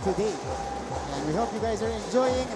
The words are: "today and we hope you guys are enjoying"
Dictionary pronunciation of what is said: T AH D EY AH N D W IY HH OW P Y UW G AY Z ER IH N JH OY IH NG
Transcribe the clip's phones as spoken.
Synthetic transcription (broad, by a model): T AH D EY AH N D W IY HH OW P Y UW G AY Z ER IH N JH OY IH NG